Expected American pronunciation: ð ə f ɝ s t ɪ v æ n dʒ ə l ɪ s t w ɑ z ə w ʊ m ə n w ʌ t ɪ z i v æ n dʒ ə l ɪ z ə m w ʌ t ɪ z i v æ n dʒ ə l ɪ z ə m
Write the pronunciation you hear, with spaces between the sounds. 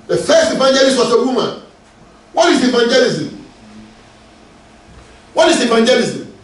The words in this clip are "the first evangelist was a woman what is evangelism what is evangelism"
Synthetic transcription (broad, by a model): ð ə f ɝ s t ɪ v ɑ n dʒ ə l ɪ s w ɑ s ə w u m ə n w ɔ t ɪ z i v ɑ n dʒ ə l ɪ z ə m w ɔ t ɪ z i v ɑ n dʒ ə l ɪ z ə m